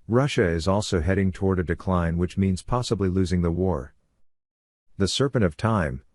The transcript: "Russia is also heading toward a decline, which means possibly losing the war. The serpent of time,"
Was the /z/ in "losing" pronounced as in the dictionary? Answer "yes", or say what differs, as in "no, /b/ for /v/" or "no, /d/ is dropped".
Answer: yes